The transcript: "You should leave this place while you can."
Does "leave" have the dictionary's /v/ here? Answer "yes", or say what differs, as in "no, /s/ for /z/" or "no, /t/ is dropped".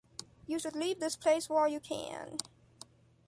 yes